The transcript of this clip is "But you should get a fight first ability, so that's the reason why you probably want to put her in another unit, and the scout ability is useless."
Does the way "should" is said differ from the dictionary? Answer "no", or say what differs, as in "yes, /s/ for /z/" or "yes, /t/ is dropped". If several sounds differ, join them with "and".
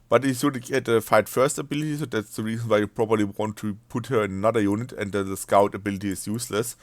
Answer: yes, /s/ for /ʃ/